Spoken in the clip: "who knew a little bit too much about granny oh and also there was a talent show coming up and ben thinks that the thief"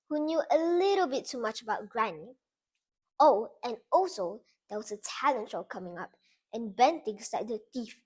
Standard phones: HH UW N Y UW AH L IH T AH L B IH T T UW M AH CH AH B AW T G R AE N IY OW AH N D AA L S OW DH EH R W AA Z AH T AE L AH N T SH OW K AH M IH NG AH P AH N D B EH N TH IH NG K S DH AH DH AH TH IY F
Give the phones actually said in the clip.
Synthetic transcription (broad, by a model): HH UW N Y UW AH L IH T AH L B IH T T UW M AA CH AH B AW T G R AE N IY OW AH N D AA L S OW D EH W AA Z AH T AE L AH N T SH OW K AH M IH NG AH P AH N B EH N T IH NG S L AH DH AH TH IY F